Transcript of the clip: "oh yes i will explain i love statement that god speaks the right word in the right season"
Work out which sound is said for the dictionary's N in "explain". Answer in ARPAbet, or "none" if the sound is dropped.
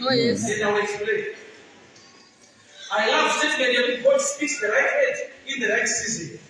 none